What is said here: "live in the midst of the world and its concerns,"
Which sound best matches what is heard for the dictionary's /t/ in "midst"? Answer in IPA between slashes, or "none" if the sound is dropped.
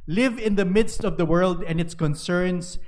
/t/